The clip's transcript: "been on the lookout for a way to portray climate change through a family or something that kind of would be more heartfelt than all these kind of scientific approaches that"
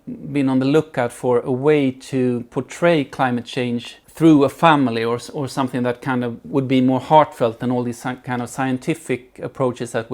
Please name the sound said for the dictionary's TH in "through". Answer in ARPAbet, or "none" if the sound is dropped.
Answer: TH